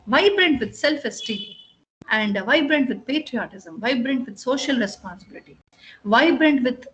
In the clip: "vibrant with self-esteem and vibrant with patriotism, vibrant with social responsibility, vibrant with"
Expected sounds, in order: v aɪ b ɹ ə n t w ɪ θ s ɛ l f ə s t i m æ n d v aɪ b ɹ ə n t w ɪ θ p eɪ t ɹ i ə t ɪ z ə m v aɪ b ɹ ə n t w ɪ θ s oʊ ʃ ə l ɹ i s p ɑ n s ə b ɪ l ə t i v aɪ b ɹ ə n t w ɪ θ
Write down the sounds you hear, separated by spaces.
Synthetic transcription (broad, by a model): v aɪ b ɹ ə n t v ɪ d s ɛ l f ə s t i æ n d v aɪ b ɹ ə n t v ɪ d p eɪ t ɹ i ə t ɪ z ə m v aɪ b ɹ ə n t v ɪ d s oʊ ʃ ə l ɹ i s p ɑ n s ə b ɪ l ə t i v aɪ b ɹ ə n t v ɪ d